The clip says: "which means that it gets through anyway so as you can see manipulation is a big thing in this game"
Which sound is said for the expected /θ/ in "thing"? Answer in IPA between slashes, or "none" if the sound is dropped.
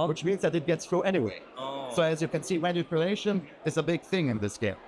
/θ/